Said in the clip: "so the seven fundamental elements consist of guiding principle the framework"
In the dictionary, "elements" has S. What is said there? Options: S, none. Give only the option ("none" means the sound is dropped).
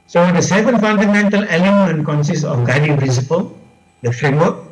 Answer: none